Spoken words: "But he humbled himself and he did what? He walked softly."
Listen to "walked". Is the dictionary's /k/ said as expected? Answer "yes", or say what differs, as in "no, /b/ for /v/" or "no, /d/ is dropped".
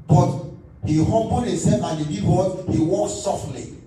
no, /k/ is dropped